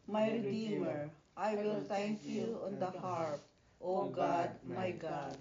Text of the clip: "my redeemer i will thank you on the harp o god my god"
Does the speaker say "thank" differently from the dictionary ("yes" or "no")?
yes